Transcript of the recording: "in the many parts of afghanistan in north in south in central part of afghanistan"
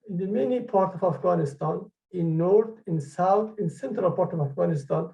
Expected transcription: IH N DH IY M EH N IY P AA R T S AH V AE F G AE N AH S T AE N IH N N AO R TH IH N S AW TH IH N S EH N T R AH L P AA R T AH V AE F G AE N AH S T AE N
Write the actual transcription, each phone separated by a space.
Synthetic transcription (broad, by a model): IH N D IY M EH N IY P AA R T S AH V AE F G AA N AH S T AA N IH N N AO R T IH N S AW T IH N S EH N T R AH L P AA R T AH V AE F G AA N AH S T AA N